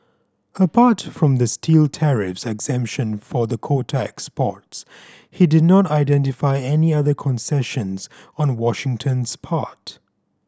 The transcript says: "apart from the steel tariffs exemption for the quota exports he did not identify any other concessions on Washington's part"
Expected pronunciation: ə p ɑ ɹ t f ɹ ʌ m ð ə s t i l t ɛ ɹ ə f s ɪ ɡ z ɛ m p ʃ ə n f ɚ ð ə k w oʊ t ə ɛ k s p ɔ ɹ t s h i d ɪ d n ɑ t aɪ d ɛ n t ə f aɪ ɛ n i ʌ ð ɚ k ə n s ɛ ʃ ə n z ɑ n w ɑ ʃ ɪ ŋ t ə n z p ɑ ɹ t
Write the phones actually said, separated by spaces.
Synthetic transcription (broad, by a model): ə p ɑ ɹ t f ɹ ʌ m ð ə s t i l t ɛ ɹ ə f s ɪ ɡ z ɛ m p ʃ ə n f ɚ ð ə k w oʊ t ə ɛ k s p ɔ ɹ t s h i d ɪ d n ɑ t aɪ d ɛ n t ə f aɪ ɛ n i ʌ ð ɚ k ə n s ɛ ʃ ə n z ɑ n w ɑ ʃ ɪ ŋ t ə n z p ɑ ɹ t